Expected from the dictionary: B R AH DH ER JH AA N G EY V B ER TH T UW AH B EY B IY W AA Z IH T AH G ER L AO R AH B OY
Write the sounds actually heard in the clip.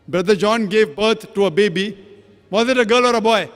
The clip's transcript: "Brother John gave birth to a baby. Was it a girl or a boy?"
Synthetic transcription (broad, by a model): B R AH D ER JH AA N G EY V B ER T T UW AH B EY B IY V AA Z IH T AH G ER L AO R AH B OY